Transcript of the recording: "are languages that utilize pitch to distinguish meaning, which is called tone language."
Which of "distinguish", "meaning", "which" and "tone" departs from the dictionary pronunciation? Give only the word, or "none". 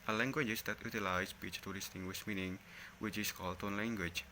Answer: distinguish